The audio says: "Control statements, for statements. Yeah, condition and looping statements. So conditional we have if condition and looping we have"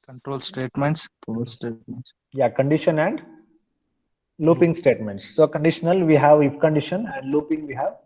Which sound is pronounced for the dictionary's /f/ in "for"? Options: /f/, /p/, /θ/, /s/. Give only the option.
/p/